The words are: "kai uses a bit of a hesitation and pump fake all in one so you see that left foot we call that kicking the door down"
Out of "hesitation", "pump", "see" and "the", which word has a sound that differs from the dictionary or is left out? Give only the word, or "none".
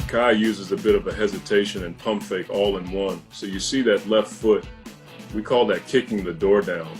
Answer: none